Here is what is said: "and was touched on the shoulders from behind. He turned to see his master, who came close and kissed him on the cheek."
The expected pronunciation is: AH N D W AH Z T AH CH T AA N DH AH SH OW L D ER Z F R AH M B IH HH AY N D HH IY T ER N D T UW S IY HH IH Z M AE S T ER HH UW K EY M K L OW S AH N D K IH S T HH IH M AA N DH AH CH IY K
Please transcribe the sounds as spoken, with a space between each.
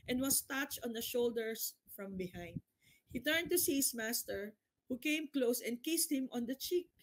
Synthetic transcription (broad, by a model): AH N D W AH S T AH CH T AA N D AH SH OW L D ER S F R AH M B IH HH AY N D HH IY T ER N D T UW S IY HH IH S M AE S T ER HH UW K EY M K L OW S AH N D K IH S T HH IH M AA N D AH CH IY K